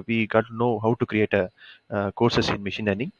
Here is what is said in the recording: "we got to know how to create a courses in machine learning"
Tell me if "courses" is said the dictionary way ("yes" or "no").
no